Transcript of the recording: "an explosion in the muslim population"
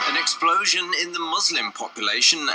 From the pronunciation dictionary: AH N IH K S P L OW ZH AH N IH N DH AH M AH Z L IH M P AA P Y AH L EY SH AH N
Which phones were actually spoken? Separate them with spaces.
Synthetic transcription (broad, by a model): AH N IH K S P L OW ZH AH N IH N DH AH M AH Z L IH M P AA P Y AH L EY SH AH N